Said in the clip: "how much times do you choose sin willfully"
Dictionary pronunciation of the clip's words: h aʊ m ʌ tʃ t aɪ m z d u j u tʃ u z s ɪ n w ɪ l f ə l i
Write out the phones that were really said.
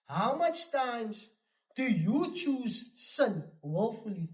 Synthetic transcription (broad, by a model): h aʊ m ʌ tʃ t aɪ m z d u j u tʃ u z s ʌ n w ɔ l f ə l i